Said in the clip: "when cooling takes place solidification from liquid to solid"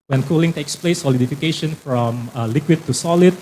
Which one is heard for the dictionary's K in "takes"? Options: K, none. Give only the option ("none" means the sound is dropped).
K